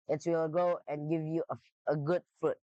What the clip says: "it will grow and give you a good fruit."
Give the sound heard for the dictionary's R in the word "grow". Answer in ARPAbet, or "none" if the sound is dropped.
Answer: none